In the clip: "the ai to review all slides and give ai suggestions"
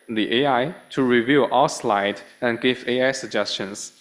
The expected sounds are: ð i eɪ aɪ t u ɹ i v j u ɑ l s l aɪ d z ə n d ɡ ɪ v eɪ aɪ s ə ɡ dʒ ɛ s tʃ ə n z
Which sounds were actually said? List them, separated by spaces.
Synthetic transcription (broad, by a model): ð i eɪ aɪ t u ɹ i v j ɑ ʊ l s l aɪ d ə n ɡ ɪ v eɪ aɪ s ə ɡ dʒ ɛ s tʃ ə n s